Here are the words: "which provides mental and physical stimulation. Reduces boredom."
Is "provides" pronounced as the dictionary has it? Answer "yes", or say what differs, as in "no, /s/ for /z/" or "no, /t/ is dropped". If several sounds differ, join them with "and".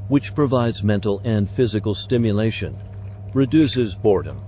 yes